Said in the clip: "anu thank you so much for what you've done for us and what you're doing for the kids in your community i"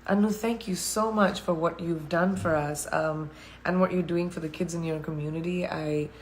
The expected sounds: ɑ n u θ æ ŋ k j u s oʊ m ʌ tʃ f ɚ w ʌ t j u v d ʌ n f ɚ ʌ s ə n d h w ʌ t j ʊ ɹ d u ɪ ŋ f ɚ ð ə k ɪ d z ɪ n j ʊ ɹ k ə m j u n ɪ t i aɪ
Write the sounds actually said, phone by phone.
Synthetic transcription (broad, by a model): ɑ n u θ æ ŋ k j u s oʊ m ʌ tʃ f ɚ w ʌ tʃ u v d ʌ n f ɚ ʌ s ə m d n w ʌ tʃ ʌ ɹ d u ɪ ŋ f ɚ ð ə k ɪ d z ɪ n j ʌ ɹ k ə m j u n ɪ t i aɪ